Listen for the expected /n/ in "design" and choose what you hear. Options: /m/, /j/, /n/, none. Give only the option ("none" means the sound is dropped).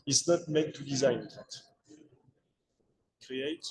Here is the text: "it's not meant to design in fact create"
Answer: none